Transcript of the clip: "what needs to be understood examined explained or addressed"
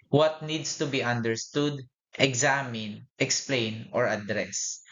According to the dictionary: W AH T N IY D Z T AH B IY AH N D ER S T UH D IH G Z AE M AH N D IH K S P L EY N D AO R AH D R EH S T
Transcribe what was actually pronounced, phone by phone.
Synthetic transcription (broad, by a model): W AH T N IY D S T AH B IY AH N D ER S T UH D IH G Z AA M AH N IH K S P L EY N AO R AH D R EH S